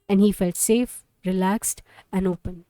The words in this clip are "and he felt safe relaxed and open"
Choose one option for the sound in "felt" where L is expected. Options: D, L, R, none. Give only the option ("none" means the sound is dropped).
L